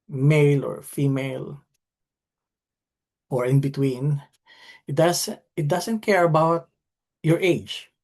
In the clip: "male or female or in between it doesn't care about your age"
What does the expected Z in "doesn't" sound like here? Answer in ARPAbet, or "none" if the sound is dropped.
S